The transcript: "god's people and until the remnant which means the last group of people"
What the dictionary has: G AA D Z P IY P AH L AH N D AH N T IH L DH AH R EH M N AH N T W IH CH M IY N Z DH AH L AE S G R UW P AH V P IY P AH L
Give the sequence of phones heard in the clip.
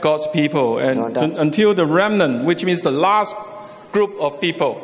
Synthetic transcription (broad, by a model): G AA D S P IY P AH L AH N AH N T IH L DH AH R EH M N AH N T W IH CH M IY N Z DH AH L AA S G R UW P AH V P IY P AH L